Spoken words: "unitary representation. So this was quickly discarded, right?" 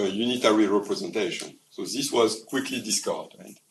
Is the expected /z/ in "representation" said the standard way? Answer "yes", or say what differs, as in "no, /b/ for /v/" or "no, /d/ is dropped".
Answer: yes